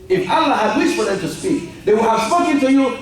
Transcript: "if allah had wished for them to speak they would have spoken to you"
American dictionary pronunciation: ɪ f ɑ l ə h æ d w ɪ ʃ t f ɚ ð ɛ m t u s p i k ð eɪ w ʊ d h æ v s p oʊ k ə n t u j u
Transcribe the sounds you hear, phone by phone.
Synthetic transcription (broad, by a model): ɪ f ɑ l ə h æ d w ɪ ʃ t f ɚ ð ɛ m t u s p i k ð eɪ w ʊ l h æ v s p oʊ k ə n t u j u